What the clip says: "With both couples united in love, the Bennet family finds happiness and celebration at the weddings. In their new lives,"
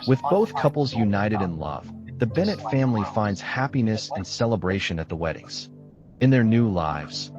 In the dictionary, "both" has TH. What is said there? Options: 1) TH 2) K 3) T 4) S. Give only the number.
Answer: 1